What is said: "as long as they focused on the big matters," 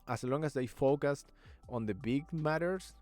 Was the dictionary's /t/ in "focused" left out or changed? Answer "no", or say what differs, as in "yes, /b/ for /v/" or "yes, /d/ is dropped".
no